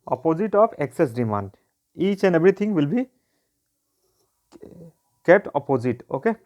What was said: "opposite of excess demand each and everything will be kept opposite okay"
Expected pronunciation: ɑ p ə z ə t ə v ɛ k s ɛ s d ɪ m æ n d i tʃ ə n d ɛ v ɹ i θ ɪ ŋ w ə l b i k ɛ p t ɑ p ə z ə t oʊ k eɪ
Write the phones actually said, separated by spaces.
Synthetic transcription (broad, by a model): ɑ p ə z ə t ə p ɛ k s ɛ s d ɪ m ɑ n d i tʃ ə n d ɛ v ɹ i t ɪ ŋ w ə l b i k ɛ p t ɑ p ə z ə t oʊ k eɪ